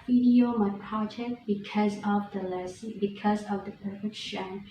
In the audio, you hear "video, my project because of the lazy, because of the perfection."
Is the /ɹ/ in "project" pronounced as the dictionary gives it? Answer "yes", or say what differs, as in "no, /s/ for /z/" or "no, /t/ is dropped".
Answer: no, /ɹ/ is dropped